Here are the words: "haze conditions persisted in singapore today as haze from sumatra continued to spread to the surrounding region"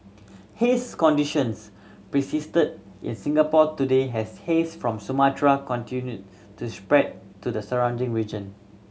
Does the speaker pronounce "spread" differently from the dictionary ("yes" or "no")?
no